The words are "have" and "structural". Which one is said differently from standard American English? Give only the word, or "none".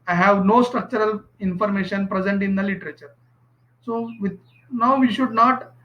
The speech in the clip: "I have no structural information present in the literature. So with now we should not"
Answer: none